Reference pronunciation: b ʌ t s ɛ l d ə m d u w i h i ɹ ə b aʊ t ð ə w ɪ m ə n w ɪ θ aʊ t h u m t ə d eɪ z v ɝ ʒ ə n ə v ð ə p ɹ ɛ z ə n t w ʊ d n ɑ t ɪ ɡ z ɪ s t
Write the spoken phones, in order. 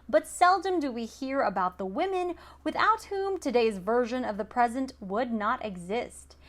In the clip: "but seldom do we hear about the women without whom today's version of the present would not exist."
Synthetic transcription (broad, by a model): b ʌ t s ɛ l d ə m d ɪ w i h i ɹ ə b aʊ t ð ə w ɪ m ə n w ɪ θ aʊ t h u m t ə d eɪ z v ɝ ʒ ə n ə v ð ə p ɹ ɛ z ə n t w ʊ d n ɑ t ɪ ɡ z ɪ s t